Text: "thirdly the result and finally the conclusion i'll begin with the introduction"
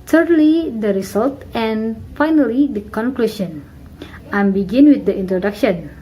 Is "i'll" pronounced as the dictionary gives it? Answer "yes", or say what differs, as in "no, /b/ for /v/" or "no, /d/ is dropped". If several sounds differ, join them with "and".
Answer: no, /n/ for /l/